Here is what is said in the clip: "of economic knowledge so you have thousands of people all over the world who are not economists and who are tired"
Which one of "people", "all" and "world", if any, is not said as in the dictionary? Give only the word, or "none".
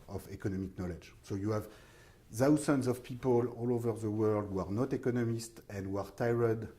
none